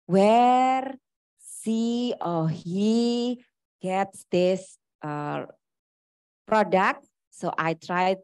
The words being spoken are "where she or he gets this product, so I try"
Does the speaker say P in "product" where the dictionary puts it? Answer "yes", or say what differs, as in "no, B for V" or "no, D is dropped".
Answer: yes